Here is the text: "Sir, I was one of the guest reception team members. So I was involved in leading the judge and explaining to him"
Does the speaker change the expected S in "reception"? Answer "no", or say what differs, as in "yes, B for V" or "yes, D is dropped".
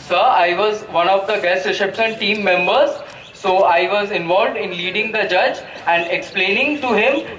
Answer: yes, SH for S